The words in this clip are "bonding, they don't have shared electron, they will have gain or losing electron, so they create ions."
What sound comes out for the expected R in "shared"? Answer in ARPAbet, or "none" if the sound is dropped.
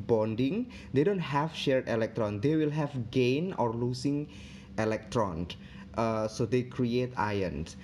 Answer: R